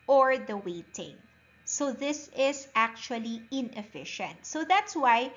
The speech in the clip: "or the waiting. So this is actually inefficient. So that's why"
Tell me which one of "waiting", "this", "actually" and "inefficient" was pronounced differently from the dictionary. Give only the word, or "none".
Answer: none